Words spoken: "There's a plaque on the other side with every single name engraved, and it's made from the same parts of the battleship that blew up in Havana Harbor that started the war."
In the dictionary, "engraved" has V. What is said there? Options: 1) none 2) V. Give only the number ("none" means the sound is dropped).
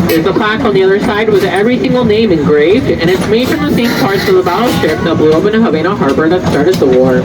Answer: 2